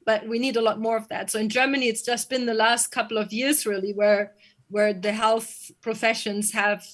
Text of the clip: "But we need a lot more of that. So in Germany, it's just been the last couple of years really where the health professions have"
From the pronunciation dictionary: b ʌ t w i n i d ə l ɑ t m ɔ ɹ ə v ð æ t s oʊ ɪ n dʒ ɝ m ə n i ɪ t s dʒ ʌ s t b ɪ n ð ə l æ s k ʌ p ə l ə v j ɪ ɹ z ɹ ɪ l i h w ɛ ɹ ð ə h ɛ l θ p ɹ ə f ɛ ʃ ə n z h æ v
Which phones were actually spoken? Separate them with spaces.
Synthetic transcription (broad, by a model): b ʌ t w i n i d ə l ɑ t m ɔ ɹ ə v ð æ t s oʊ ɪ n dʒ ɝ m ə n i ɪ t s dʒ ʌ s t b ɪ n ð ə l æ s k ʌ p l ə v j ɪ ɹ z ɹ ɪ l i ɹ w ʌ ɹ ð ə h ɛ l θ p ɹ ə f ɛ ʃ ə n z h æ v